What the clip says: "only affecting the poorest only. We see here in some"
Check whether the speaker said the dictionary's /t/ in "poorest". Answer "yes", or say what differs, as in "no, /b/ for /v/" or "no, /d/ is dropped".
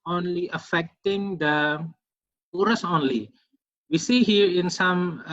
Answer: no, /t/ is dropped